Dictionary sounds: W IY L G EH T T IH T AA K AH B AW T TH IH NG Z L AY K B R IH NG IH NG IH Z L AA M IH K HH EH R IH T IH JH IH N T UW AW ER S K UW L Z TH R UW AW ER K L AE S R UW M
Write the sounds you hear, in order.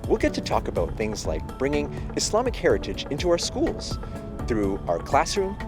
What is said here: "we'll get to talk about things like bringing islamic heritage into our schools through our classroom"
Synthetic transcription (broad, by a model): W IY L G EH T T IH T AA K AH B AW T TH IH NG Z L AY K B R IH NG IH NG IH S L AA M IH K HH EH R IH T IH JH IH N T UW AW ER S K UW L Z TH R UW AW ER K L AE S R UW M